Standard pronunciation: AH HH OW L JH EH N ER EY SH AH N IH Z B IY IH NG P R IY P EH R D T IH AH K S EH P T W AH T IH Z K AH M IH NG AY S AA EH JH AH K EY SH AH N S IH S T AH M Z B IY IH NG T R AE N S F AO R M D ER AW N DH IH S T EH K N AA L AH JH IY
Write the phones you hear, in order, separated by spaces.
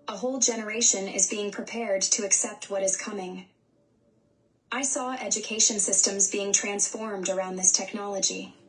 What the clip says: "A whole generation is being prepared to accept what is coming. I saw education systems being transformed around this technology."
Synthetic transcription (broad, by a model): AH HH OW L JH EH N ER EY SH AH N IH Z B IY IH NG P R IY P EH R D T IH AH K S EH P T W AH T IH Z K AH M IH NG AY S AA EH JH AH K EY SH AH N S IH S T AH M Z B IY IH NG T R AE N S F AO R M D ER AW N DH IH S T EH K N AA L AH JH IY